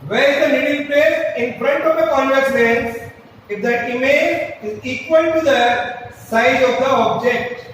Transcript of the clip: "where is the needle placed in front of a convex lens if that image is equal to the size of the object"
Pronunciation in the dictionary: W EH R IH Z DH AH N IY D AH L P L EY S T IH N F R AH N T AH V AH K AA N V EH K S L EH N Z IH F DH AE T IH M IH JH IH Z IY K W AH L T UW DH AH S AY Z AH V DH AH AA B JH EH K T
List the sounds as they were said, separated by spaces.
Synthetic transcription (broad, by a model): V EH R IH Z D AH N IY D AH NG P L EY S IH N F R AH N T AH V AH K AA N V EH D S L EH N S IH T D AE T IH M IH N IH Z IY K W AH L T UW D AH S AY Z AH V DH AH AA B JH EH K T